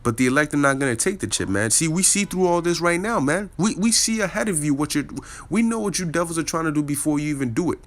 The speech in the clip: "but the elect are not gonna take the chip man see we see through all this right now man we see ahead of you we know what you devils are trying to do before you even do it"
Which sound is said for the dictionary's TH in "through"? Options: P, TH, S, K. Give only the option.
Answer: TH